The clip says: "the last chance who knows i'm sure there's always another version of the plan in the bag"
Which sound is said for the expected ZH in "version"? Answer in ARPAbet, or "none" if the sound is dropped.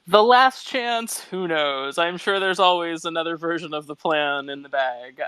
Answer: ZH